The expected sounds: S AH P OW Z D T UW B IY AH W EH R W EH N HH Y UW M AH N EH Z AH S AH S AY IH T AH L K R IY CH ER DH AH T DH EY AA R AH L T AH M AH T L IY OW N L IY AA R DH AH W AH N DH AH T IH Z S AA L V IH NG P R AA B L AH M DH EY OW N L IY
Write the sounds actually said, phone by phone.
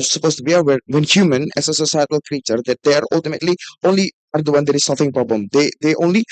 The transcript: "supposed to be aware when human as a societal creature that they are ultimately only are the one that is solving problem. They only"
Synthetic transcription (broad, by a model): S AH P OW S T UW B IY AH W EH W EH N HH Y UW M AH N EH S AH S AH S AY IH T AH L K R IY CH ER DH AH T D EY AA R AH L T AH M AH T L IY OW N L IY AA R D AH W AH N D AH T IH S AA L F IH NG P R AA B L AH M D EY OW N L IY